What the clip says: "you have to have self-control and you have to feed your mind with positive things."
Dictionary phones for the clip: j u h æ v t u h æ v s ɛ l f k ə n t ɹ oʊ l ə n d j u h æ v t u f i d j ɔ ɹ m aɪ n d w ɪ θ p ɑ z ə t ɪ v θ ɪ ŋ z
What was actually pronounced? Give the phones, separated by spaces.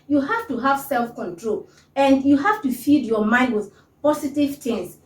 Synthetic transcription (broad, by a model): j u h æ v t u h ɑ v s ɛ l f k ə n t ɹ oʊ l ə n d j u h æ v t u f i d j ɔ m aɪ n d w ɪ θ p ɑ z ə t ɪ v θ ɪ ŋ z